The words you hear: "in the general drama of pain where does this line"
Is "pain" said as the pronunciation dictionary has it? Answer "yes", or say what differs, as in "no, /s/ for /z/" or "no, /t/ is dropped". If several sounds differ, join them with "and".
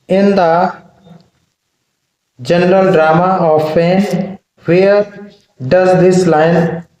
no, /f/ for /p/